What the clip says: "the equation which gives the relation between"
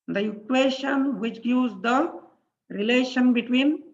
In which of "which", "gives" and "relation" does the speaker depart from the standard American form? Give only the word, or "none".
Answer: gives